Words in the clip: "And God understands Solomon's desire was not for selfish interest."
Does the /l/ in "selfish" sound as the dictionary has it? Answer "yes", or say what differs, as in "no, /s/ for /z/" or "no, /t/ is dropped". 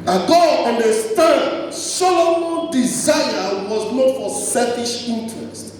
no, /l/ is dropped